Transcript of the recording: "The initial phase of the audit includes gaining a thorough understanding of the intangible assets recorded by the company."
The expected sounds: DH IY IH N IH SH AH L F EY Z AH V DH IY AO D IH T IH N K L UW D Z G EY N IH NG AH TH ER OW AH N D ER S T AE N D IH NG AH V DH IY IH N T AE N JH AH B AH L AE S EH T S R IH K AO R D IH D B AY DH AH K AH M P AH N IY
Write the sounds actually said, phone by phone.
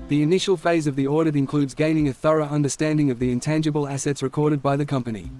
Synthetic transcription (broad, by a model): DH IY IH N IH SH AH L F EY Z AH V DH IY AO D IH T IH N K L UW D Z G EY N IH NG AH TH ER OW AH N D ER S T AE N D IH NG AH V DH IY IH N T AE N JH AH B AH L AE S EH T S R IH K AO R D IH D B AY DH AH K AH M P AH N IY